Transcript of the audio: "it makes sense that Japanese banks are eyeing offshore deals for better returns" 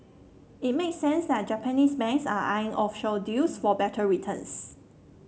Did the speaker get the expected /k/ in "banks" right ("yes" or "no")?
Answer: no